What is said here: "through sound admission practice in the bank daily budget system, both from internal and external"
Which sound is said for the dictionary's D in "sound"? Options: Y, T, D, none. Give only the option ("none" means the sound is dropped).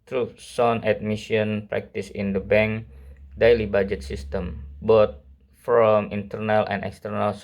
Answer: none